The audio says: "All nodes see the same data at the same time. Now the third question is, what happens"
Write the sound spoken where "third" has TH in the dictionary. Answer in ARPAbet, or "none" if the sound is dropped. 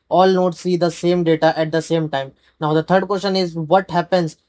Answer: T